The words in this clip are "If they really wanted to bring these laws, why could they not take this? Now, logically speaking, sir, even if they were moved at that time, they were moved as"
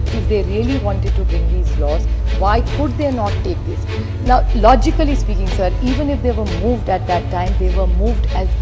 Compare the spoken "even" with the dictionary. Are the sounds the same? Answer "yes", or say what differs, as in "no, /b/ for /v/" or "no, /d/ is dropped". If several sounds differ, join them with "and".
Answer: yes